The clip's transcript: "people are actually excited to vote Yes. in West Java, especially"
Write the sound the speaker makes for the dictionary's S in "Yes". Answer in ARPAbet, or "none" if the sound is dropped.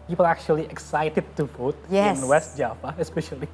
none